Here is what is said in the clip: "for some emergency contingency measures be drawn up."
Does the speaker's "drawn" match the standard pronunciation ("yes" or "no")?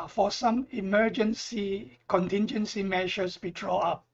no